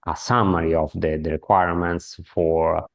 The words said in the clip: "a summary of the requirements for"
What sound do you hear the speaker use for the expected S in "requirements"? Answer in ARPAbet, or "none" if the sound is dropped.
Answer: S